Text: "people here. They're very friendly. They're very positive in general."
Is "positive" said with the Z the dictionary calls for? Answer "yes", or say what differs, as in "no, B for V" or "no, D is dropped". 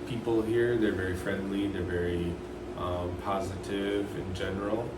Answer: yes